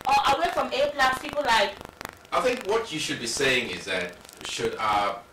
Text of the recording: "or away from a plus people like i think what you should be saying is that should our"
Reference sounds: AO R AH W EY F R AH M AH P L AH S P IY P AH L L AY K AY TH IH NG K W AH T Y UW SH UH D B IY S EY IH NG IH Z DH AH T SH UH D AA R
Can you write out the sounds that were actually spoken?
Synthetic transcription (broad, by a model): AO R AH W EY F R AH M AH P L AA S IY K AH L L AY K AY TH IH NG K W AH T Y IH SH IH D B IY S EY IH NG IH Z DH AH T SH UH D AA